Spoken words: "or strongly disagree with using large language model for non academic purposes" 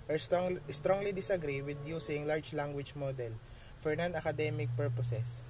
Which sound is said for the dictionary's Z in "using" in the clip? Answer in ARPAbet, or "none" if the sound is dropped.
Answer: S